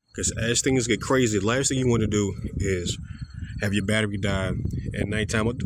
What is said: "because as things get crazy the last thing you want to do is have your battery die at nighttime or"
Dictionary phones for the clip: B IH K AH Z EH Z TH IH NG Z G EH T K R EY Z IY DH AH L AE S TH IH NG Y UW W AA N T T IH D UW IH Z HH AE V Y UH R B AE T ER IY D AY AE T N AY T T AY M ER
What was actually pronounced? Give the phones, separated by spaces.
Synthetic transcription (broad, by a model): K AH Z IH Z TH IH NG Z G EH T K R EY Z IY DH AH L AE S TH IH NG Y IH W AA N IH D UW IH Z HH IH V Y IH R B AE T ER IY D AY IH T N AY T T AY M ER